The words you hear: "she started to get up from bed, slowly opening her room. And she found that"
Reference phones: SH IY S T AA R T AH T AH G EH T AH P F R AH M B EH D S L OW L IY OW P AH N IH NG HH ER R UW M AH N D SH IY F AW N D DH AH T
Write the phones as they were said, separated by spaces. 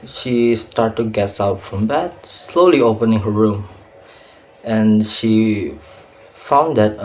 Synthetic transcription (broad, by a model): SH IY S T AA R T AH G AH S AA UH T F R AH M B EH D S L OW L IY OW P AH N IH NG HH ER R UW M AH N SH IY F AW N D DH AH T